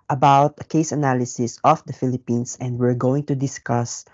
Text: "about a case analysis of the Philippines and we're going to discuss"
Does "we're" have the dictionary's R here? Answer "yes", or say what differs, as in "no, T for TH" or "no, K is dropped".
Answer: yes